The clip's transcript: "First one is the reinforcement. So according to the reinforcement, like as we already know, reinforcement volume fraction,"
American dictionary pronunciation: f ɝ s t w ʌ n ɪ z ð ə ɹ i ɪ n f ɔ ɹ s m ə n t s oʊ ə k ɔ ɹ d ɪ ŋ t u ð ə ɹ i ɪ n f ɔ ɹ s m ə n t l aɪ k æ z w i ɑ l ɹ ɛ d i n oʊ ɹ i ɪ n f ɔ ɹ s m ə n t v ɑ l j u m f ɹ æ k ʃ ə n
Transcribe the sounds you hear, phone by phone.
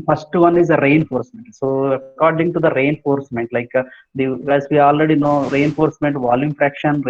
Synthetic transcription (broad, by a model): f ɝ s t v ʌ n ɪ z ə ɹ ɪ n f ɔ ɹ s m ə n t s oʊ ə k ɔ ɹ d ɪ ŋ t u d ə ɹ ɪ n f ɔ ɹ s m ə n t l aɪ k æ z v i ɑ l ɹ ɛ d i n oʊ ɹ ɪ n f ɔ ɹ s m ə n t v ɑ l j u m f ɹ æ k ʃ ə n